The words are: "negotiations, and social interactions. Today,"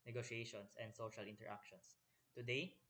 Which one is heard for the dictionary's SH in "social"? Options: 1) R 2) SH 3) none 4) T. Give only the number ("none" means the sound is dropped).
2